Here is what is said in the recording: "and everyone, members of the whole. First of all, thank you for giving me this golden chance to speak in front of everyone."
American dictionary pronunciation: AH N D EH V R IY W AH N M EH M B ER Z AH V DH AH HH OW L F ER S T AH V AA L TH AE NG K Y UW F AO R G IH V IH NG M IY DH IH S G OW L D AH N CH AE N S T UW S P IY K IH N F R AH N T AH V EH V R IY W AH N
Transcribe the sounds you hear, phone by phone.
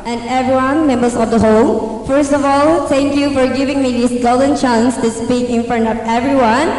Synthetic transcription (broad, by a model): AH N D EH V R IY W AH N M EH M B ER S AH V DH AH HH OW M F ER S T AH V AA L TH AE NG K Y UW F AO R G IH V IH NG M IY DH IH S G OW L D AH N CH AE N S T UW S P IY K IH N F R AH N T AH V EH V R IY W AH N